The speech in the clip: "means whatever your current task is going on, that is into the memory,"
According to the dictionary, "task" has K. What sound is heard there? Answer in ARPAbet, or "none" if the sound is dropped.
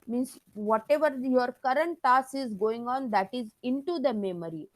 none